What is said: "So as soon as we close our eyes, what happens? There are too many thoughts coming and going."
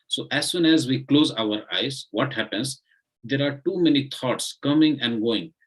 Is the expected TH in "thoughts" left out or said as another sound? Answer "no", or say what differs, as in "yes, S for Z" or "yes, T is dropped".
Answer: yes, T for TH